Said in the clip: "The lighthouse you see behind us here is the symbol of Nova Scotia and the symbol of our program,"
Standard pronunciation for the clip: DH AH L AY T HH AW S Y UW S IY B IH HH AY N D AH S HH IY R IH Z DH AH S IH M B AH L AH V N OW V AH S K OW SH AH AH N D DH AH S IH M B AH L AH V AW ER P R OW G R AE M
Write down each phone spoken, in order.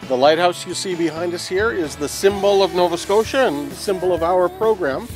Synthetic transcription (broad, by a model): DH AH L AY T HH AW S Y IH S IY B IH HH AY N D AH S HH IY R IH Z DH AH S IH M B L AH V N OW V AH S K OW SH AH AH N DH AH S IH M B L AH V AW ER P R OW G R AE M